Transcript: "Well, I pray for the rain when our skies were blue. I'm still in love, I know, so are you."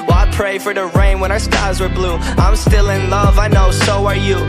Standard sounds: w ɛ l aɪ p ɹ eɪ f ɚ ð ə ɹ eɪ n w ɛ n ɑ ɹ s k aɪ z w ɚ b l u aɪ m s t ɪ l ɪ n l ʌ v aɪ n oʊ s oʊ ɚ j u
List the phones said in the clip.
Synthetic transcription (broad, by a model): w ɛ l aɪ p ɹ eɪ f ɚ ð ə ɹ eɪ n w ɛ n ɑ ɹ s k aɪ z w ɚ b l u aɪ m s t ɪ l ɪ n l ʌ v aɪ n oʊ s oʊ ɚ j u